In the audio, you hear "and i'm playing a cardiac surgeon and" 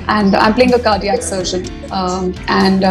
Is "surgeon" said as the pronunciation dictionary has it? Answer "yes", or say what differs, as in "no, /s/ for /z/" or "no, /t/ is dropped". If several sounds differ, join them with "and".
no, /ʃ/ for /dʒ/